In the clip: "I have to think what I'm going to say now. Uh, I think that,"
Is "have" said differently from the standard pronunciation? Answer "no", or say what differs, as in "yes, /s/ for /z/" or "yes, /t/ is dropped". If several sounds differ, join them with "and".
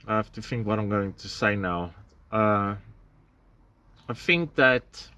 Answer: yes, /f/ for /v/